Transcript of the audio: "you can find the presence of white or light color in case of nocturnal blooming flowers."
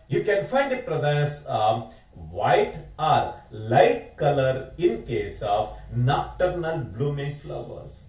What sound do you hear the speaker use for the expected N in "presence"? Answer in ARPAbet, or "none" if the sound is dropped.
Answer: none